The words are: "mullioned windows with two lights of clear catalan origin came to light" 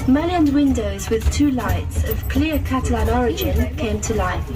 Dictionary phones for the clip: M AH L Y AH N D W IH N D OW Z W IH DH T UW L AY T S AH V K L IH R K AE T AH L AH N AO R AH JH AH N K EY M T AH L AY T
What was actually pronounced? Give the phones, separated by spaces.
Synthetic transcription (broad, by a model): M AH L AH N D W IH N D OW Z W IH DH T UW L AY T S AH V K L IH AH K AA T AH L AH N AO R AH JH AH N K EY M T AH L AY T